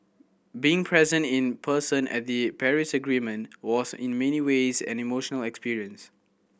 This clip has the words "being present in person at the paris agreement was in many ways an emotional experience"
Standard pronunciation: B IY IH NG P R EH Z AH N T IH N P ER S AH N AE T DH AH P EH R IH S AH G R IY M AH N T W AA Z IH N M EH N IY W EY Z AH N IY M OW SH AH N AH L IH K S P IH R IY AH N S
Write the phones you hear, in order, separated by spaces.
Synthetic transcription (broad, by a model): B IY IH NG P R EH Z AH N T IH N P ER S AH N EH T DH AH P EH R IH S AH G R IY M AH N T W AA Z IH N M EH N IY W EY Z AH N IY M OW SH AH N AH L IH K S P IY R IY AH N S